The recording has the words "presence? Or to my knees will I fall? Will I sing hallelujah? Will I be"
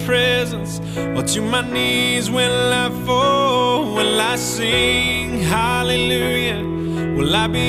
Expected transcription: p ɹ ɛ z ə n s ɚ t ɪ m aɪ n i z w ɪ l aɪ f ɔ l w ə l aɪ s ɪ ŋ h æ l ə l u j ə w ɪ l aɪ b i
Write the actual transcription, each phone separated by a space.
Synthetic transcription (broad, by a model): p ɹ ɛ z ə n s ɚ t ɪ m aɪ n i z w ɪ n aɪ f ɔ w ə n aɪ s ɪ ŋ h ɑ l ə l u j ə w ɪ l aɪ b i